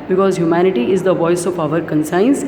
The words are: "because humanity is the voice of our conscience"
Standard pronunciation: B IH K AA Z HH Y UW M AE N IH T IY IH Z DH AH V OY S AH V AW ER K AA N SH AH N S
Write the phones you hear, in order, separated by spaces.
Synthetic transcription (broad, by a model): B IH K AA Z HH Y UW M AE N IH T IY IH Z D AH V OY S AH P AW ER K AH N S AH N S